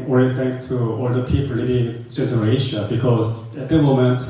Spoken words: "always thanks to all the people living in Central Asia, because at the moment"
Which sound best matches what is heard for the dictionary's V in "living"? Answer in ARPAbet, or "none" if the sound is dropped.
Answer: B